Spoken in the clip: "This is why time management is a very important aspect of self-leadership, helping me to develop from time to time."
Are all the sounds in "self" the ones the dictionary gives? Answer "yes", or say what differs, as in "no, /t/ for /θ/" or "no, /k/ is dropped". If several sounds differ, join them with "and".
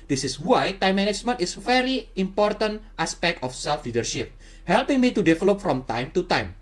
yes